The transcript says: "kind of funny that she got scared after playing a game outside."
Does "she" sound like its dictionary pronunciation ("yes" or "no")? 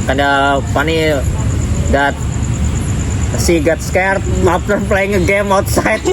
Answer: no